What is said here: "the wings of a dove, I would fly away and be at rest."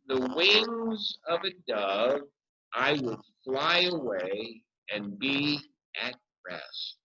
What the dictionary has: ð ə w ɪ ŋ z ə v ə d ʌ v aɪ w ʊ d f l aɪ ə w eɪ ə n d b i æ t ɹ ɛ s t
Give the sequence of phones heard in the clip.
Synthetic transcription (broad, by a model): ð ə w ɪ ŋ z ə v ə d ʌ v aɪ w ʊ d f l aɪ ə w eɪ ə n b i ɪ t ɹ ɛ s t